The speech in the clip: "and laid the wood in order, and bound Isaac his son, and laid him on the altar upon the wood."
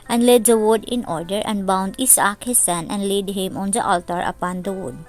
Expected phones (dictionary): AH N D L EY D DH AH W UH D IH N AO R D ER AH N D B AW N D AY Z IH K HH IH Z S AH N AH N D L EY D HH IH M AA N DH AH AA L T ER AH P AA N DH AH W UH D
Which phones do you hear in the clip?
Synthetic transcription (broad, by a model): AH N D L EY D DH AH W UH D IH N AO R D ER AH N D B AW N D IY S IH K HH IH S AH N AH N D L EY D HH IH M AA N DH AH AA L T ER AH P AA N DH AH W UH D